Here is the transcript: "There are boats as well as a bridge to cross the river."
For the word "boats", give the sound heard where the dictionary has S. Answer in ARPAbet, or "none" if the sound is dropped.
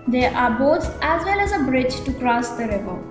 none